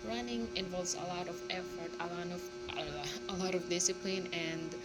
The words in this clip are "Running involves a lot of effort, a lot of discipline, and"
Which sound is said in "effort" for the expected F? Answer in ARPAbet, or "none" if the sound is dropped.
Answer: F